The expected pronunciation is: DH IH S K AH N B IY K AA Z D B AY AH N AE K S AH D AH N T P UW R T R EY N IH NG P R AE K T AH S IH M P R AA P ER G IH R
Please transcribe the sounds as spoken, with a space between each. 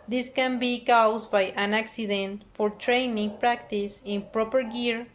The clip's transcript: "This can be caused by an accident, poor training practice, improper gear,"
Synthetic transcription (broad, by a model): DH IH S K AH N B IY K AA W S B AY AH N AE K S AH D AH N T F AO R T R EY N IH NG P R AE K T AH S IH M P R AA P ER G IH R